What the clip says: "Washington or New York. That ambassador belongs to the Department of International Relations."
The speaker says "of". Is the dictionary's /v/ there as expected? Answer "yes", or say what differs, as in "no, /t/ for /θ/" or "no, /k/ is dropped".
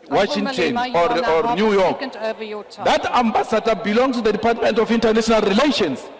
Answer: no, /f/ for /v/